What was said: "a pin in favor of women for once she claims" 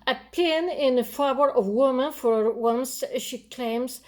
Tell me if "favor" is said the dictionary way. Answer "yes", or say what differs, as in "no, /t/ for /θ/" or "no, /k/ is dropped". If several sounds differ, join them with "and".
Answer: no, /b/ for /v/